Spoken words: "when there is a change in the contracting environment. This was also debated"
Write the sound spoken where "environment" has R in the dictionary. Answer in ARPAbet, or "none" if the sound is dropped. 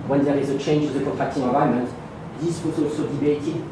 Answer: none